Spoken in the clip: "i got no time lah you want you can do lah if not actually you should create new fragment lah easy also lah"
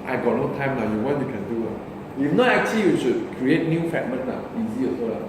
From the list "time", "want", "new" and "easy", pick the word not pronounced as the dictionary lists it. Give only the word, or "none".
want